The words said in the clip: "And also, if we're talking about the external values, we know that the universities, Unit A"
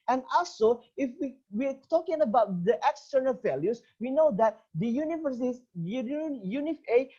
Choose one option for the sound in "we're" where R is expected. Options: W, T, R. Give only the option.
W